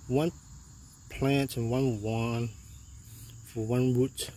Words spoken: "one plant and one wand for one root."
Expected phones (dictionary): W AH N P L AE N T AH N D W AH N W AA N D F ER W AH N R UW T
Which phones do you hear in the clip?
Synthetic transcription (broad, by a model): W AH N P L AE N T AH N W AH N W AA N F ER W AH N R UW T